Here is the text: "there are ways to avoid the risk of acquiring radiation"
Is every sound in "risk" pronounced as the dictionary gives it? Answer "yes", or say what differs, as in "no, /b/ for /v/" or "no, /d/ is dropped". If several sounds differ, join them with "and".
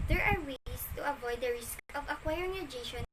yes